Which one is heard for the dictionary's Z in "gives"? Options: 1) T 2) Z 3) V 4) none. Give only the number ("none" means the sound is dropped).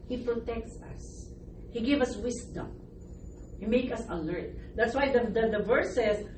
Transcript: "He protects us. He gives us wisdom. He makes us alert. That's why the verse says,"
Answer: 4